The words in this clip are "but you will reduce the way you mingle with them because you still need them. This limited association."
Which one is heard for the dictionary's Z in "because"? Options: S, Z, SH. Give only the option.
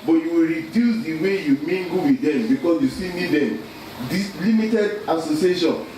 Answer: S